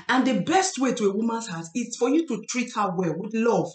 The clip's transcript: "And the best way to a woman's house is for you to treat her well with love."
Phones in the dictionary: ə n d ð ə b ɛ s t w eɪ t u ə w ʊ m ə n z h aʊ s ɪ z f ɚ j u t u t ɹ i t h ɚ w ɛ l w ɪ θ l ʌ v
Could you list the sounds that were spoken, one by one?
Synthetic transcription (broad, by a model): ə n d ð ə b ɛ s t w eɪ t u ə w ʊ m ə n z h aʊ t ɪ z f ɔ j u t u t ɹ i t h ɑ w ɛ l w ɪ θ l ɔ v